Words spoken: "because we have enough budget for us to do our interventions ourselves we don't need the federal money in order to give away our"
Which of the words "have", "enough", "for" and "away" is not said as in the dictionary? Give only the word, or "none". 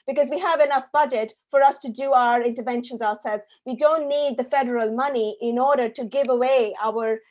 none